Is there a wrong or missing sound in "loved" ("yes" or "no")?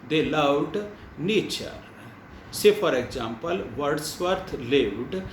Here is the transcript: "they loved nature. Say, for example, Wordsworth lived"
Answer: yes